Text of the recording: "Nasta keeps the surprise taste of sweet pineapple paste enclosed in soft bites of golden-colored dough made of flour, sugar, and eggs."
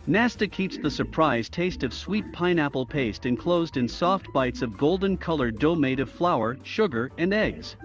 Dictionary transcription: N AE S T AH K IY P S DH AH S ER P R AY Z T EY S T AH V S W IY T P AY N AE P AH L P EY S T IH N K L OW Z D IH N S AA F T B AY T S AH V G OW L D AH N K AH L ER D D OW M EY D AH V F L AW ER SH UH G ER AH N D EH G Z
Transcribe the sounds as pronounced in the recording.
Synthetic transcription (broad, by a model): N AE S T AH K IY P S DH AH S ER P R AY Z T EY S T AH V S W IY T P AY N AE P L P EY S T IH N K L OW Z D IH N S AA F T B AY T S AH V G OW L D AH N K AH L ER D D OW M EY D AH V F L AW ER SH UH G ER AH N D EH G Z